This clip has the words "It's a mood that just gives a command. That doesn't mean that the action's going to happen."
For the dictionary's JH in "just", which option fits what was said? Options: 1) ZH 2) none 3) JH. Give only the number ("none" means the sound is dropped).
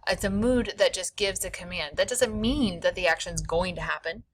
1